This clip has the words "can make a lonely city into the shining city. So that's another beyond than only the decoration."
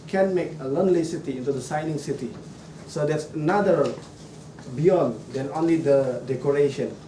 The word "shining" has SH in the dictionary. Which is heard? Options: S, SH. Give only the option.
S